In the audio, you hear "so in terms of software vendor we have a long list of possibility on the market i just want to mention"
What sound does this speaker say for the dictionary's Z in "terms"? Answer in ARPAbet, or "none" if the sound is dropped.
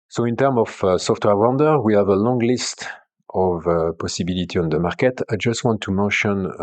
none